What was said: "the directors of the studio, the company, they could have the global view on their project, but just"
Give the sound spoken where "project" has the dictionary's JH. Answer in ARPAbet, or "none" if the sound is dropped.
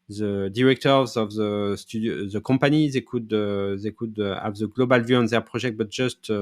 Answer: ZH